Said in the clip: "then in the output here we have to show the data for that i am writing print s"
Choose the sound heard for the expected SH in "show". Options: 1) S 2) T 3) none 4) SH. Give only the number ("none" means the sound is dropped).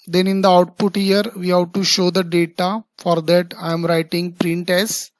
4